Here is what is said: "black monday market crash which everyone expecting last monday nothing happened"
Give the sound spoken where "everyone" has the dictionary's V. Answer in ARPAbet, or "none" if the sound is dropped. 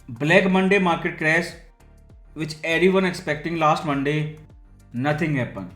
none